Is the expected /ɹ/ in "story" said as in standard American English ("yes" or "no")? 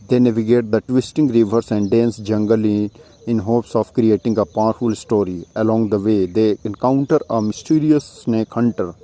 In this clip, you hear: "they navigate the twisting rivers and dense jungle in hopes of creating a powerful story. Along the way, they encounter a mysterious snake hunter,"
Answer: yes